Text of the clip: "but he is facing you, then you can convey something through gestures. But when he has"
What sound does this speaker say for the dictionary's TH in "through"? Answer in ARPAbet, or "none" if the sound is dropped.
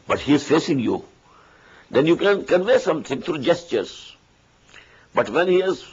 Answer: T